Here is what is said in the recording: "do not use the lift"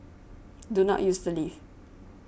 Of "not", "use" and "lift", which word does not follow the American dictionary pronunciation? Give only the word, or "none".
lift